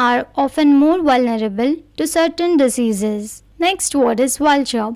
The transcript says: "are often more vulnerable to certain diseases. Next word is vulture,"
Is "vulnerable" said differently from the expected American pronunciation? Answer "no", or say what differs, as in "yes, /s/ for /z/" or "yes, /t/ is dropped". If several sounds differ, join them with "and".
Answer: no